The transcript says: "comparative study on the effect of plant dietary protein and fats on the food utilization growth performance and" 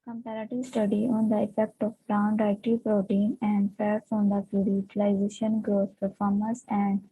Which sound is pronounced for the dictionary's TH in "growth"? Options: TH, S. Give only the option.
S